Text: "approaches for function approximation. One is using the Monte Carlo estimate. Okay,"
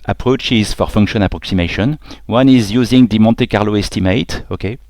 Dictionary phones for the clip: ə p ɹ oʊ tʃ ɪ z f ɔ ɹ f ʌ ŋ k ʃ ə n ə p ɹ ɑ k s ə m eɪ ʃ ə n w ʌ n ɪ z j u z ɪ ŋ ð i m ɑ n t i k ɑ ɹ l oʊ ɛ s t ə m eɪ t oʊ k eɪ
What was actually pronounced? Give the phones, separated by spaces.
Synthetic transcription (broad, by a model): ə p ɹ oʊ tʃ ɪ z f ɔ ɹ f ʌ ŋ k ʃ ə n ə p ɹ ɑ k s ə m eɪ ʃ ə n w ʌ n ɪ z j u z ɪ ŋ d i m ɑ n t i k ɑ ɹ l oʊ ɛ s t ə m eɪ t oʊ k eɪ